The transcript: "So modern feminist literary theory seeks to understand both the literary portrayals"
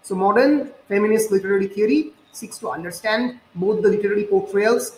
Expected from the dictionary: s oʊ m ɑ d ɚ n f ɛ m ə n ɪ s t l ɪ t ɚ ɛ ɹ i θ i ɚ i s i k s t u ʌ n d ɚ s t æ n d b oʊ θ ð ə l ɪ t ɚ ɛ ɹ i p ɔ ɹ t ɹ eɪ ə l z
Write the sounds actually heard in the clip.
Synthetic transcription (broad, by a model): s oʊ m ɑ d ɚ n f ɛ m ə n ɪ s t l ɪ t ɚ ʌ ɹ i t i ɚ i s i k s t u ʌ n d ɚ s t æ n d b oʊ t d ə l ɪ t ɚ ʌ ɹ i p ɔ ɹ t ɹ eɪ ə l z